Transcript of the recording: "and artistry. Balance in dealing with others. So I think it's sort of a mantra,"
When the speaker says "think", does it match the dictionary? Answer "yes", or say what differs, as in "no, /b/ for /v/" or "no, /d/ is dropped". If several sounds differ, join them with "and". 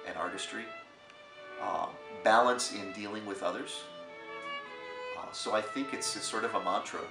yes